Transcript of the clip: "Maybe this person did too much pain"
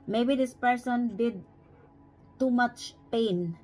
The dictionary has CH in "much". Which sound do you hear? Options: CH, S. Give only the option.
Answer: CH